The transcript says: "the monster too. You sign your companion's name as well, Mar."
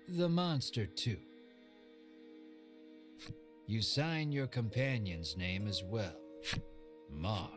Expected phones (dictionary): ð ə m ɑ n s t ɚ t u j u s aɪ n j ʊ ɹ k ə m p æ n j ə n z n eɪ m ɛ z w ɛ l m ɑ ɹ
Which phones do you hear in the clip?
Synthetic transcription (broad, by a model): ð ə m ɑ n s t ɚ t u j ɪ s aɪ n j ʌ ɹ k ə m p æ n j ə n z n eɪ m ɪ z w ɛ l m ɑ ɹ